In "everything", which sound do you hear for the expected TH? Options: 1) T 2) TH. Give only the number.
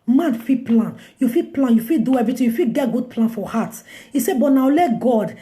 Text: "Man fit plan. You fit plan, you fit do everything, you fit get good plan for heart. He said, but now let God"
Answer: 1